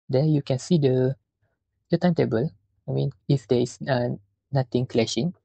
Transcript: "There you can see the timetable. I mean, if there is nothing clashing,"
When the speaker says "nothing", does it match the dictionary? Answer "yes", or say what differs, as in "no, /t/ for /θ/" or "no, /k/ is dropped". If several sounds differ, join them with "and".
no, /t/ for /θ/